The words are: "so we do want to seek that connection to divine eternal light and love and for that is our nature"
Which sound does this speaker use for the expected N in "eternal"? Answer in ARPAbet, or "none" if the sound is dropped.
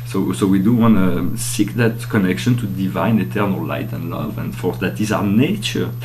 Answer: N